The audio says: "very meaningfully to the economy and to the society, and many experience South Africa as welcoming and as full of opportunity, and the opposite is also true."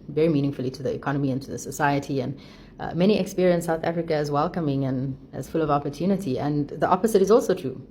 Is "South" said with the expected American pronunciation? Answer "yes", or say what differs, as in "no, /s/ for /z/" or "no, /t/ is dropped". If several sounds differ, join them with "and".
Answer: yes